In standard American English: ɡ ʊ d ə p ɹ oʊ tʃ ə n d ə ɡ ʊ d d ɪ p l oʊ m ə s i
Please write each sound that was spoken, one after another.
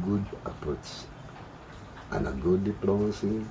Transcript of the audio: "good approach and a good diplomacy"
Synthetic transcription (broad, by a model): ɡ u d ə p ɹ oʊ s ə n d ə ɡ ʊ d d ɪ p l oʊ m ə s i